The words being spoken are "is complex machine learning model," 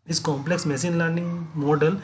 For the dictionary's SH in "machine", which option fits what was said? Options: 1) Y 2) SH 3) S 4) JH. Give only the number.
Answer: 3